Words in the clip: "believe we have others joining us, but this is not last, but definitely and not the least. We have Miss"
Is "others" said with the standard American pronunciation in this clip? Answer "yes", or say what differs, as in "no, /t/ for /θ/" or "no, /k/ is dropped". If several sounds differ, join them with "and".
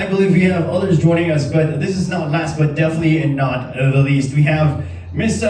yes